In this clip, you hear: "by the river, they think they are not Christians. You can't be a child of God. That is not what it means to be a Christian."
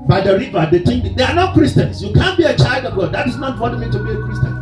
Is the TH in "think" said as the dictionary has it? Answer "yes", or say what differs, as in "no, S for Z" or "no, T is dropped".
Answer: no, T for TH